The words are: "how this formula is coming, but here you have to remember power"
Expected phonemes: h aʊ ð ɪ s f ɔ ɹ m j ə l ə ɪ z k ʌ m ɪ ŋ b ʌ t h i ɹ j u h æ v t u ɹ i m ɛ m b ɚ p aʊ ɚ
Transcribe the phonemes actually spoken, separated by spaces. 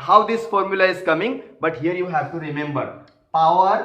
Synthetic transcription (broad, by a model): h aʊ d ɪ s f ɔ ɹ m j ə l ə ɪ z k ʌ m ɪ ŋ b ʌ t h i ɹ j u h æ v t u ɹ i m ɛ m b ɚ p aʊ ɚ